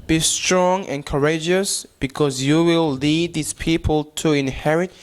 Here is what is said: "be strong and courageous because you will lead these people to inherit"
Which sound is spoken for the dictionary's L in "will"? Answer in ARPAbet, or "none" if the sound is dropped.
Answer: L